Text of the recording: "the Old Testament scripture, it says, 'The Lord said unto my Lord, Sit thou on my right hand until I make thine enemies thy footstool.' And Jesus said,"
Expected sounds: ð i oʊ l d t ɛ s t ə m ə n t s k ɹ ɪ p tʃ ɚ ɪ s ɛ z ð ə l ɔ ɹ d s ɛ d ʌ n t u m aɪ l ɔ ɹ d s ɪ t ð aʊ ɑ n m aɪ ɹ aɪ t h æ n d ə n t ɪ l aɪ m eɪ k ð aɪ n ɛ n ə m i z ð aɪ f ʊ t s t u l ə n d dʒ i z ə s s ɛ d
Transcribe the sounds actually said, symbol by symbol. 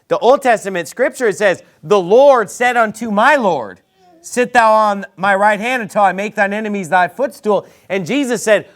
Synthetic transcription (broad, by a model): ð i oʊ l d t ɛ s t ə m ə n t s k ɹ ɪ p tʃ ɚ s ɛ z ð ə l ɔ ɹ d s ɛ d ʌ n t u m aɪ l ɔ ɹ d s ɪ t ð aʊ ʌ n m aɪ ɹ aɪ t h æ n d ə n t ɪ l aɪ m eɪ k ð aɪ n ɛ n ə m i z ð aɪ f ʊ t s t u l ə n dʒ i z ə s s ɛ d